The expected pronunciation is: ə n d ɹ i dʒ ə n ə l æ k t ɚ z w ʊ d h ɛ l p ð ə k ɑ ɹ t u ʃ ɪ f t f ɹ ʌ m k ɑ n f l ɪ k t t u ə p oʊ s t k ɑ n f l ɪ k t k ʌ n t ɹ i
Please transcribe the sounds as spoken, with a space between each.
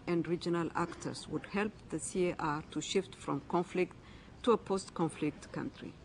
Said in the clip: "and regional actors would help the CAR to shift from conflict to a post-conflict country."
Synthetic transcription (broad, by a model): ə n d ɹ i dʒ ə n ə l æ k t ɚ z w ʊ d h ɛ l p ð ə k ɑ ɹ t u ʃ ɪ f t f ɹ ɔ m k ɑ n f l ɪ k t t u ə p oʊ s t k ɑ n f l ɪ k t k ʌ n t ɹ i